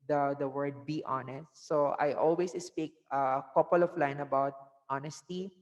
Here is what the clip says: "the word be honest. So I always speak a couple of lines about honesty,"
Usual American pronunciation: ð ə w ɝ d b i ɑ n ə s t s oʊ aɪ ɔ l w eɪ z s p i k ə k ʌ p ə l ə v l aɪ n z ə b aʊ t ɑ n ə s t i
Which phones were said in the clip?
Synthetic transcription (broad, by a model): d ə w ɝ d b i ɑ n ə s t s oʊ aɪ ɔ l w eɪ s s p i k ə k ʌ p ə l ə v l aɪ n ə b aʊ t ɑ n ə s t i